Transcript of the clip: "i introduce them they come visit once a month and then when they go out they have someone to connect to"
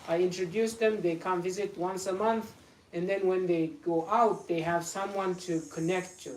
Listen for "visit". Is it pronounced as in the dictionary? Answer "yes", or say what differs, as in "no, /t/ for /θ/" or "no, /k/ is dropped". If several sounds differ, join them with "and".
yes